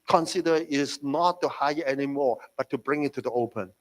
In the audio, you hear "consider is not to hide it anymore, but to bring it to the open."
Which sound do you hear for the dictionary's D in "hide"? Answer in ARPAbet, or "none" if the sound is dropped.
none